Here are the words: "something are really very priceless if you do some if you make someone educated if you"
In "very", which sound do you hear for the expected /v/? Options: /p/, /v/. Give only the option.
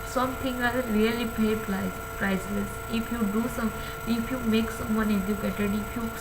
/p/